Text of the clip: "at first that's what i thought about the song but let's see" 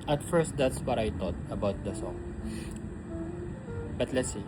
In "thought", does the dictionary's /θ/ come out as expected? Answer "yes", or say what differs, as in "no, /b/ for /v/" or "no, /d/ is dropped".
no, /t/ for /θ/